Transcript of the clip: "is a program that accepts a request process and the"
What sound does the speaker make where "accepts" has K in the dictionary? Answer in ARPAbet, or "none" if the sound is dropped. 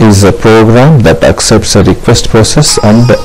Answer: K